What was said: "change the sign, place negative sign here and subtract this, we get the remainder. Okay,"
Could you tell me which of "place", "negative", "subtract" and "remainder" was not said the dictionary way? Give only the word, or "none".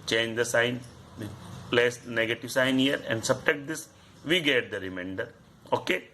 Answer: subtract